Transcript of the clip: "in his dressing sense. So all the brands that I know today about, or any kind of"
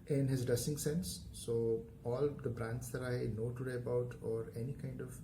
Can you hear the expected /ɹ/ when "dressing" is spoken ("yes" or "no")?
no